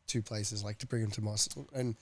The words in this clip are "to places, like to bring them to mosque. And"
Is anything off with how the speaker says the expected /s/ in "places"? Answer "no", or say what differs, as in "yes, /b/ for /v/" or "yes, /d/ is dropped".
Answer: no